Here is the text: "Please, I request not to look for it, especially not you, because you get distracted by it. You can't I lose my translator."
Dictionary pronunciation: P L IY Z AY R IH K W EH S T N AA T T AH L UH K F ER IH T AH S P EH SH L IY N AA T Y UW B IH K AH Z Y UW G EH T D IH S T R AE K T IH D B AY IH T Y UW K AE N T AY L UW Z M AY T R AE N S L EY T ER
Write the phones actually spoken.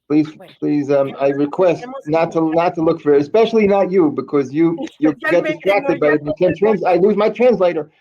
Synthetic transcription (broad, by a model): P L IY Z AY R IH K W EH S T N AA T T AH L UH K F ER IH T AH S P EH SH L IY N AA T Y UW B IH K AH Z Y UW G EH T D IH S T R AE K T IH D B AY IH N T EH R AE N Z AY L UW Z M AY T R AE N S L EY T ER